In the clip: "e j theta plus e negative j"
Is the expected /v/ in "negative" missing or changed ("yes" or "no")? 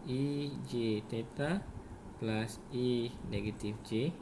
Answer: yes